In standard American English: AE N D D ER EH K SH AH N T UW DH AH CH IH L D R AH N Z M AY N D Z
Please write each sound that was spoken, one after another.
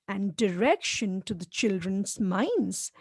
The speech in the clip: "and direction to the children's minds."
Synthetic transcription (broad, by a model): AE N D D ER EH K SH AH N T UW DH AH CH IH L D R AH N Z M AY N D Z